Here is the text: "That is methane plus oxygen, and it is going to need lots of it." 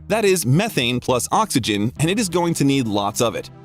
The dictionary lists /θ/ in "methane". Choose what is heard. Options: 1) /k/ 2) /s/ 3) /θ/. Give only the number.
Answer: 3